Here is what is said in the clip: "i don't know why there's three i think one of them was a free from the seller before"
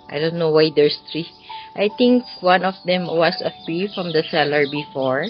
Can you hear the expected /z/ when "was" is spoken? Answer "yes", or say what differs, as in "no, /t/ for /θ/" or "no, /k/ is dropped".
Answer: no, /s/ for /z/